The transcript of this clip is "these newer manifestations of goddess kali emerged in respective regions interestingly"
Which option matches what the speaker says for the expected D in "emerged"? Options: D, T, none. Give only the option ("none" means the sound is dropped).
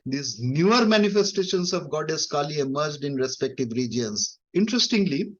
D